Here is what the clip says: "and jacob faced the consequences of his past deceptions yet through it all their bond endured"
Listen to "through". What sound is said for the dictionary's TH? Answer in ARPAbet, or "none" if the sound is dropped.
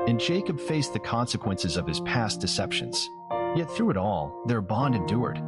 TH